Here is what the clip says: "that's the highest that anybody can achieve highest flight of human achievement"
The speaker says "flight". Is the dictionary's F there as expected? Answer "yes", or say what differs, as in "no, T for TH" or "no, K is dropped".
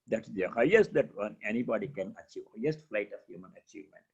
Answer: yes